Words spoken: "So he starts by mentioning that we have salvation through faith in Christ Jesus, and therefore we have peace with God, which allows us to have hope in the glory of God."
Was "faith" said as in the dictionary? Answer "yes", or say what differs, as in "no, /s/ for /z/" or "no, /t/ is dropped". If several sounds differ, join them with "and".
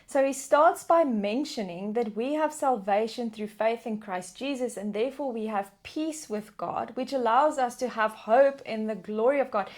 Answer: yes